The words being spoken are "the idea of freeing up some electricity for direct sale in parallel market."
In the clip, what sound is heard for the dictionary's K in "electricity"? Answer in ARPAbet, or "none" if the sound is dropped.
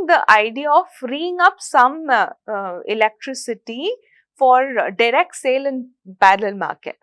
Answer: K